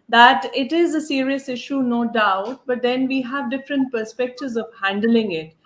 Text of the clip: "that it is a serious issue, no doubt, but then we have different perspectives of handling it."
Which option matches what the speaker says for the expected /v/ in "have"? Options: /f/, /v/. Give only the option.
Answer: /v/